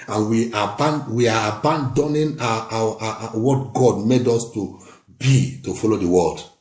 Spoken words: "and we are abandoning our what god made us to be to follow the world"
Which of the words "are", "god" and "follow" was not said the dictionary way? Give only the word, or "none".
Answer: are